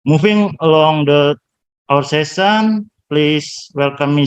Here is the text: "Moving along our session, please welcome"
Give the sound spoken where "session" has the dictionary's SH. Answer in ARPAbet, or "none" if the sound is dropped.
S